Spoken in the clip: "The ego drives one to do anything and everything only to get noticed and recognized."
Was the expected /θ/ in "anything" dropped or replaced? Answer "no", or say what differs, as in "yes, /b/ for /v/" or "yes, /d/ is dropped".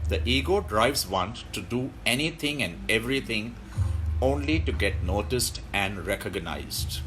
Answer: yes, /t/ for /θ/